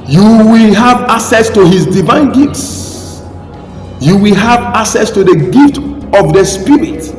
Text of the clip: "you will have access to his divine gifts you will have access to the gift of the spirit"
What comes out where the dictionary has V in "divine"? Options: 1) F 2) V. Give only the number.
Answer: 2